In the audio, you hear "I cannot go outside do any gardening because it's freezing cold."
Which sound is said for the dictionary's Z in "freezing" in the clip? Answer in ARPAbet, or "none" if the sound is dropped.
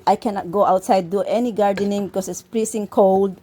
S